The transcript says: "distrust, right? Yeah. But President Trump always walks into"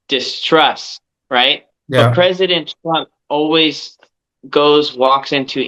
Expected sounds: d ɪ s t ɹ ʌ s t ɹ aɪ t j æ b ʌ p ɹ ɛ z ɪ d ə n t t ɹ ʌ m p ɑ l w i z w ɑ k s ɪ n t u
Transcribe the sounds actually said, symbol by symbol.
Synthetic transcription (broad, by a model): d ɪ s t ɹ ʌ s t ɹ aɪ t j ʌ p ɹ ɛ z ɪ d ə n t t ɹ ʌ m p ɑ l w i z w ɑ k s ɪ n t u